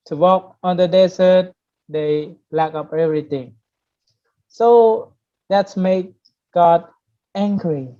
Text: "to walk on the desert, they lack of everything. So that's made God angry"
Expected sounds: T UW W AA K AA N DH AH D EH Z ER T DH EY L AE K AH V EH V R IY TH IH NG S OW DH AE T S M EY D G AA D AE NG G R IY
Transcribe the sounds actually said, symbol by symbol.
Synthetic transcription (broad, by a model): T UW W AA K AA N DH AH D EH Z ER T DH EY L AE K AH P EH V R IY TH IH NG S OW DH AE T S M EY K G AA D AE NG G R IY